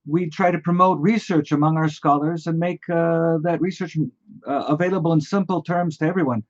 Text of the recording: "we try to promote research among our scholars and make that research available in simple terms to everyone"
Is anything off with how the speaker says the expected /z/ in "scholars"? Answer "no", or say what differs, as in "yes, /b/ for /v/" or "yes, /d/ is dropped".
no